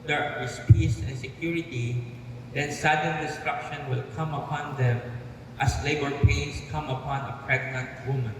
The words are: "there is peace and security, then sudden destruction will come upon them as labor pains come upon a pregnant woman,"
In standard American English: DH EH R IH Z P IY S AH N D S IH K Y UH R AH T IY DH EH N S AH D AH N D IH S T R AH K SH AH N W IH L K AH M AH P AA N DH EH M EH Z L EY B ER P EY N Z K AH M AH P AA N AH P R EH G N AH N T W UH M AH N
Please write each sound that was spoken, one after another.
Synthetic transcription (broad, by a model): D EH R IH S P IY S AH N S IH K Y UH R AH T IY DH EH N S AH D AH N D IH S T R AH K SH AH N W IH L K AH M AH P AA N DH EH M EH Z L EY B ER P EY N S K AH M AH P AA N AH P R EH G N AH N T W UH M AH N